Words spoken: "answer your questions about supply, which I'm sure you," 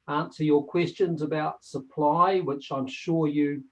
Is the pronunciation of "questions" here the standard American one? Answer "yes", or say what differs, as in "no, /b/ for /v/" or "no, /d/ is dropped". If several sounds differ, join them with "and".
yes